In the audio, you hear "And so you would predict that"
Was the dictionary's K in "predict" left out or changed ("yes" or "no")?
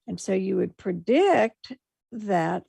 no